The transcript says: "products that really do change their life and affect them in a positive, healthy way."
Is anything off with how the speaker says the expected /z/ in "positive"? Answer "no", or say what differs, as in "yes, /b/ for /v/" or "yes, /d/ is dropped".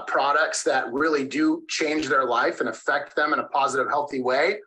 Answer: no